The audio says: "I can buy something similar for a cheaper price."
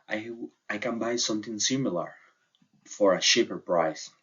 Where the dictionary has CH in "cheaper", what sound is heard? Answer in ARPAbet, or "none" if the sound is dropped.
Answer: SH